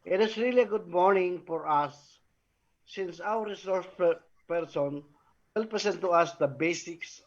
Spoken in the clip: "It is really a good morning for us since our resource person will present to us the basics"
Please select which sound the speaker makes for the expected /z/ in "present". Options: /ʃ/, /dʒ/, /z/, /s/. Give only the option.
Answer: /s/